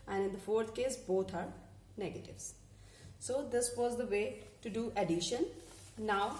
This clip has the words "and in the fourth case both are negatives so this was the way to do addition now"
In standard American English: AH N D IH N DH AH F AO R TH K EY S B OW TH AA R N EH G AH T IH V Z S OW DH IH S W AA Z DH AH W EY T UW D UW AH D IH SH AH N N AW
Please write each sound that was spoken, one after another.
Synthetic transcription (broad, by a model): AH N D IH N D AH F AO R T K EY S B OW T AA R N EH G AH T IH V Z S OW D IH S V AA Z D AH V EY T UW D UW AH D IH SH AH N N AW